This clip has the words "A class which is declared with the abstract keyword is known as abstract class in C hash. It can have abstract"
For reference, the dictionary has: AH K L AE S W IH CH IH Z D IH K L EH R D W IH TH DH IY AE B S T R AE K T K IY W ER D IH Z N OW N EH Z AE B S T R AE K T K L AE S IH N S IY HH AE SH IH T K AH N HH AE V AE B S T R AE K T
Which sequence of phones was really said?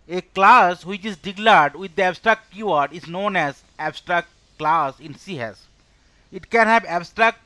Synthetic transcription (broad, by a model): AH K L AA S W IH CH IH Z D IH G L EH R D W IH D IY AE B S T R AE K T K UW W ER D IH Z N OW N EH Z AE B S T R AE K T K L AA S IH N S IY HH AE S IH T K AH N HH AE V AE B S T R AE K T